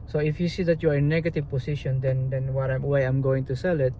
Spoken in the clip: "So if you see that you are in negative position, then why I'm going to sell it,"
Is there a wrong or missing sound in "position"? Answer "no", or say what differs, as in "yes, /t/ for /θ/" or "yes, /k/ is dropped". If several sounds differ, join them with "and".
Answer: yes, /s/ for /z/